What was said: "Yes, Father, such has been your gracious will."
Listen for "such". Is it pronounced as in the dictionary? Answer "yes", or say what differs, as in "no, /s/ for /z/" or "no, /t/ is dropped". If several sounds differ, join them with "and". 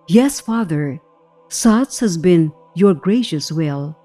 no, /s/ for /tʃ/